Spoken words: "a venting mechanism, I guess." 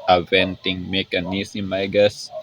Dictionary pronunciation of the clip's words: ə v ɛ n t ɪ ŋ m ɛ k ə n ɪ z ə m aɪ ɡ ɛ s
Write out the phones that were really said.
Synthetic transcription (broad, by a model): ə v ɛ n t ɪ ŋ m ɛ k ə n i s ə m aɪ ɡ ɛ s